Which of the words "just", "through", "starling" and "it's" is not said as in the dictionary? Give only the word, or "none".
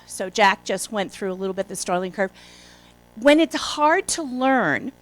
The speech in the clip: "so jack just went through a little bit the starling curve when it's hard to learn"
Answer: none